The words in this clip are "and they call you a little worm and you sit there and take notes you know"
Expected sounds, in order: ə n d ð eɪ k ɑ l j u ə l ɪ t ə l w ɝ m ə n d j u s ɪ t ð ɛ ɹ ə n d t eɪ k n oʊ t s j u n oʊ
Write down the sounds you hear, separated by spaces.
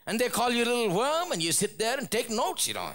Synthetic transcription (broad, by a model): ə n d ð eɪ k ɑ l j u ə l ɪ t l w ɝ m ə n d j u s ɪ t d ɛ ɹ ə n t eɪ k n oʊ t s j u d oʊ